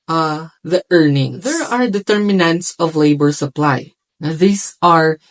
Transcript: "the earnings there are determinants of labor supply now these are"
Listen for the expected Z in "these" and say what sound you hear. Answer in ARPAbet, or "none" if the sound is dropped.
S